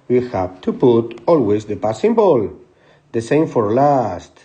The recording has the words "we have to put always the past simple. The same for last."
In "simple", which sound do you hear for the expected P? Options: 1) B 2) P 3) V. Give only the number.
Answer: 1